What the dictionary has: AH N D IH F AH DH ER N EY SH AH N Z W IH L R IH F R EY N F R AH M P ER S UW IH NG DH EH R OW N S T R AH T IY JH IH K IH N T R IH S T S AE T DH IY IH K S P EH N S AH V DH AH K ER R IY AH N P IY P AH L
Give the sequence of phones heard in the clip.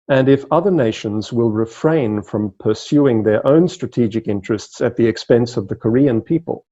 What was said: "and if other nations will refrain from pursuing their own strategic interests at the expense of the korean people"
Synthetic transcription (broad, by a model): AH N IH F AH DH ER N EY SH AH N Z W IH L R IH F R EY N F R AH M P ER S UW IH NG DH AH R OW N S T R AH T IY JH IH K IH N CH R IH S T S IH T DH IY IH K S P EH N S AH V DH AH K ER R IY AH N P IY P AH L